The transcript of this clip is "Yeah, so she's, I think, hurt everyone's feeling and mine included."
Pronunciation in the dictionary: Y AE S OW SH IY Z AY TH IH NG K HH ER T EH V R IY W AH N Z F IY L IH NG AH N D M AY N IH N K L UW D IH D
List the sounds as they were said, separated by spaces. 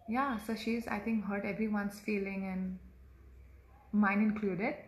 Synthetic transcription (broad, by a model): Y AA S OW SH IY Z AY T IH NG K HH ER T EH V R IY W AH N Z F IY L IH NG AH N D M AY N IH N K L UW D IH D